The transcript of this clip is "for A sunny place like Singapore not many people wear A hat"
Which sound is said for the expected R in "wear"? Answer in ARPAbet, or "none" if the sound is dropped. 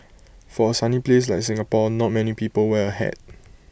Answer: L